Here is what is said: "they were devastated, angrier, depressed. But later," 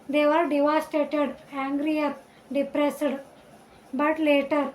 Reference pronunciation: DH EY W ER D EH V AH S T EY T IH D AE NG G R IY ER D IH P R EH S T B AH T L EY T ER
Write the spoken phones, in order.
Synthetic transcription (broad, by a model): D EY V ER D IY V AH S T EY T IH D AE NG G R IY ER D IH P R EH S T B AH T L EY T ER